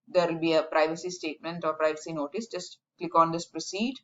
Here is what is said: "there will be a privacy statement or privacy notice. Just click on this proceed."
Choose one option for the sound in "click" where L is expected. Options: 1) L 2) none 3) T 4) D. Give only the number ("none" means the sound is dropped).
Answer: 1